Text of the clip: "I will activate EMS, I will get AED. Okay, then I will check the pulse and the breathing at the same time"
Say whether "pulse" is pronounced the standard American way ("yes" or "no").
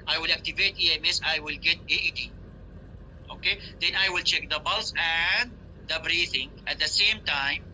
no